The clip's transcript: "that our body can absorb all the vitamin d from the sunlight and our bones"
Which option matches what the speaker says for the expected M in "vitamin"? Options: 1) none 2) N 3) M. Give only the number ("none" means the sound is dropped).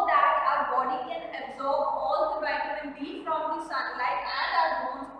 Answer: 1